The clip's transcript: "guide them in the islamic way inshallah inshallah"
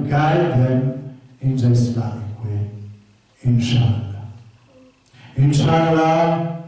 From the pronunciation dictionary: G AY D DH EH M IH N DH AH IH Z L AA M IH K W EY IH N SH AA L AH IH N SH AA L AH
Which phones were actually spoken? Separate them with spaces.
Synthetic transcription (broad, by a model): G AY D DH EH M IH N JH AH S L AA IH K W EY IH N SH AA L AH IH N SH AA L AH